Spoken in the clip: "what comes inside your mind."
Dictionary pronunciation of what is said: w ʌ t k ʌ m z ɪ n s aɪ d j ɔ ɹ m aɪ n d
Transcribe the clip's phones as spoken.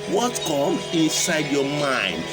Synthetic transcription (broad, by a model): w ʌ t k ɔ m ɪ n s aɪ d j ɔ m aɪ n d